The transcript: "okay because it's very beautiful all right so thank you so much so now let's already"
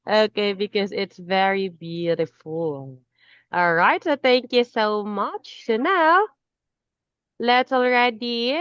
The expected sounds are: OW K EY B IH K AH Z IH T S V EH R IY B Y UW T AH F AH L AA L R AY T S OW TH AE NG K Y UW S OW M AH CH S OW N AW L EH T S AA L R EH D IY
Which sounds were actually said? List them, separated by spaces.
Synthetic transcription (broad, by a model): OW K EY B IH K AH Z IH T S V EH R IY B Y UW T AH F L AA L R AY T S OW TH AE NG K Y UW S OW M AH CH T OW N AW L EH T S L R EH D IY